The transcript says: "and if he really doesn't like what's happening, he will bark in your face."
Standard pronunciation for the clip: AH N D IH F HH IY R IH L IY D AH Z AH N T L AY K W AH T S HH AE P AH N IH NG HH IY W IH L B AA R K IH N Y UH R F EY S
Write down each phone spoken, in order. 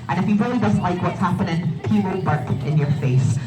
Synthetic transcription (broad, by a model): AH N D IH F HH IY R IH L IY D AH Z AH N T L AY K W AH T S HH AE P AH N IH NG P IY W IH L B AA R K IH N Y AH R F EY S